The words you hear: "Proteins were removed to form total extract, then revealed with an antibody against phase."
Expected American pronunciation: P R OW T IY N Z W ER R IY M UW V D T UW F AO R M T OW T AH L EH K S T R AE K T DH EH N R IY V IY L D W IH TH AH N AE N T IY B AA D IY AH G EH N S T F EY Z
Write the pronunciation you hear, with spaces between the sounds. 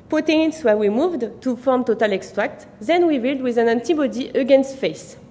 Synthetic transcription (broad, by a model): P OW T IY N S W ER W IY M UW V D T UW F AO R M T OW T AH L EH K S T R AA K T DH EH N W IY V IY L D W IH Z AH N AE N T IY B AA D IY AH G EH N S T F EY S